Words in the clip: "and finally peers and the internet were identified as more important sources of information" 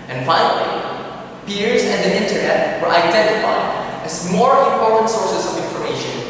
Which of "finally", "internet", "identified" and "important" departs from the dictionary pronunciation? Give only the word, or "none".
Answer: finally